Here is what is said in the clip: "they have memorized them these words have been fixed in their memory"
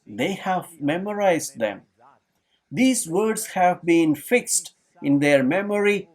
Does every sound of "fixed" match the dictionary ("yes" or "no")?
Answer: yes